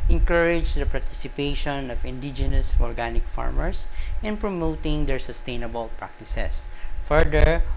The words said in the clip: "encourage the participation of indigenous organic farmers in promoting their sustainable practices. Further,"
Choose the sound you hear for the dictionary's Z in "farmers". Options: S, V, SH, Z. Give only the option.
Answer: S